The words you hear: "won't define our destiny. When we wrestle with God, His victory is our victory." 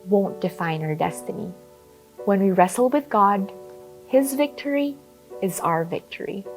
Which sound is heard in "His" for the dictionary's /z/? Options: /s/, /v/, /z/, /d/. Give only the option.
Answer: /z/